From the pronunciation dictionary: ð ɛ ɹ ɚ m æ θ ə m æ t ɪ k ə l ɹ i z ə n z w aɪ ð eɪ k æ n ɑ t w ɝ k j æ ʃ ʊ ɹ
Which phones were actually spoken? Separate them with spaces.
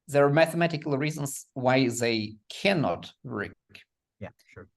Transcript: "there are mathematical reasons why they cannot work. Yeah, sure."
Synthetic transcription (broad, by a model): ð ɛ ɹ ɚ m æ θ ə m æ t ɪ k ə l ɹ i z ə n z w aɪ ð eɪ k æ n ɑ t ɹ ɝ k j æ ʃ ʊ ɹ